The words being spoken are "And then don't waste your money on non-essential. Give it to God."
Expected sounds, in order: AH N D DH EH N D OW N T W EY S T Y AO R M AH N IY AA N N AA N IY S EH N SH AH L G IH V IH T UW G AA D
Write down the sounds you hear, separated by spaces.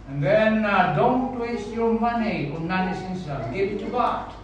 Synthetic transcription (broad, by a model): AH N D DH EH N D OW N T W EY S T Y AO R M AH N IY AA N N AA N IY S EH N S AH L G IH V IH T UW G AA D